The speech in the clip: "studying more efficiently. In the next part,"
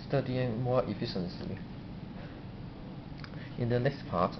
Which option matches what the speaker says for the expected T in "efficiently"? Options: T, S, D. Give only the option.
S